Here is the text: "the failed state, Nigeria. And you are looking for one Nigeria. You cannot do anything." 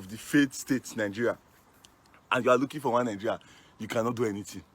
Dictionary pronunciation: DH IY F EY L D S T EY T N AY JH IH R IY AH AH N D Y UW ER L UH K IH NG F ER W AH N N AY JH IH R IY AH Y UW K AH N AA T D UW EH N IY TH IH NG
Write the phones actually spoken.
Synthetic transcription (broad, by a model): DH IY F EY D S T EY T N AY JH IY R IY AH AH N Y UW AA L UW K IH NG F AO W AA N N AY JH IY R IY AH Y UW K AH N AA T D UW EH N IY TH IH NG